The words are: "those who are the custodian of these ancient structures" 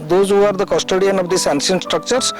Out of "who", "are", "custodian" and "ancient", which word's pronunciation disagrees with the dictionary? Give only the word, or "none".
ancient